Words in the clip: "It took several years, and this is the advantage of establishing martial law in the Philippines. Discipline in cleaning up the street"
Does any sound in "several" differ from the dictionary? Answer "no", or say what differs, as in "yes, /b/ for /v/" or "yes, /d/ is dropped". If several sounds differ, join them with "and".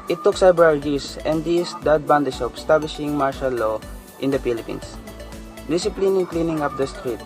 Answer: yes, /b/ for /v/